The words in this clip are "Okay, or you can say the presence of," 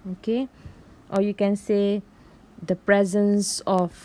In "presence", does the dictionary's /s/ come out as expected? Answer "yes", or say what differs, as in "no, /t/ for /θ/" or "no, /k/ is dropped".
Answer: yes